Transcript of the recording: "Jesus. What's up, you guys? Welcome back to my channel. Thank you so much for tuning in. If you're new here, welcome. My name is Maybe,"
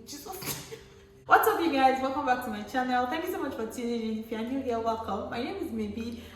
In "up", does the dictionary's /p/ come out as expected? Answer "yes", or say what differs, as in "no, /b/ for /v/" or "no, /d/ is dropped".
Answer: no, /f/ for /p/